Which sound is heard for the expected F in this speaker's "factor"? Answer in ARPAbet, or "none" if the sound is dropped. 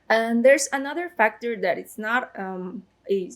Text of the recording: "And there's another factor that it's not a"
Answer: F